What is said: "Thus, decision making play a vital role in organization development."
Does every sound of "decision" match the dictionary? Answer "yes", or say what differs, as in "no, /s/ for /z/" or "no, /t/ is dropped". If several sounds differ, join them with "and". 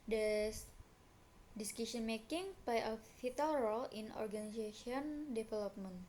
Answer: no, /s/ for /ʒ/